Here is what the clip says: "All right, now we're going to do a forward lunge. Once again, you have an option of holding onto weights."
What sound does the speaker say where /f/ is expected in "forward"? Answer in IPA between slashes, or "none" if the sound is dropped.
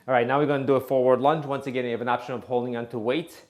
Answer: /f/